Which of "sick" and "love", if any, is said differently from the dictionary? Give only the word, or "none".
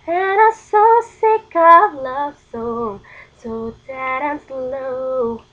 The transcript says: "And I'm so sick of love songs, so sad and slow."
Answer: none